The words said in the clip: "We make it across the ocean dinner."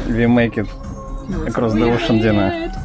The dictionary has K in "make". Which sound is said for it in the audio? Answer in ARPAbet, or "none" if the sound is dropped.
K